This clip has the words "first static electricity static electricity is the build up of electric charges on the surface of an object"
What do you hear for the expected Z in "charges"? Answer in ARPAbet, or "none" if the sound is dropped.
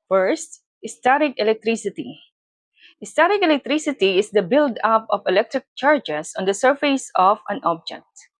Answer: S